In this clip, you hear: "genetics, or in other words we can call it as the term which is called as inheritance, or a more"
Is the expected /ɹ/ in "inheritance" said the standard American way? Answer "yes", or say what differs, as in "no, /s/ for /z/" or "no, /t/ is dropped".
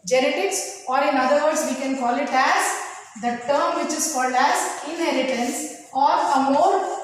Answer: yes